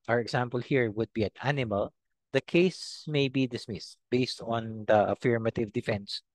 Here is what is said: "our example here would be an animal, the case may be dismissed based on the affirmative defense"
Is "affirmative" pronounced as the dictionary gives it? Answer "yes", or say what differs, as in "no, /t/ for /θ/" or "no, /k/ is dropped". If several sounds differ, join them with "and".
yes